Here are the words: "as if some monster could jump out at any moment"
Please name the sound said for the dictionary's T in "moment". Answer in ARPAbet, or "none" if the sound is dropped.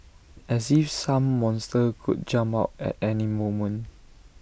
none